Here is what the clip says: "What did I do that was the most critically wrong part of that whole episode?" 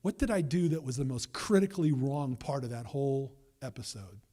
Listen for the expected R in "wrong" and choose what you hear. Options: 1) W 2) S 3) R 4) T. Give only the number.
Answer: 3